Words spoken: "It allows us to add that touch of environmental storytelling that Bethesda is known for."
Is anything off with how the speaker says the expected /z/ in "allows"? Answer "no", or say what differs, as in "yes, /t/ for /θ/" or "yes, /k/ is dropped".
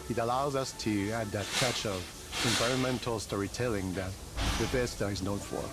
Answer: no